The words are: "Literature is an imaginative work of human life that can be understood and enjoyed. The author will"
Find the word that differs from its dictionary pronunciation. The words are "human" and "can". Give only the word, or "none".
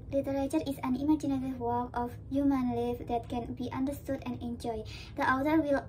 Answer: none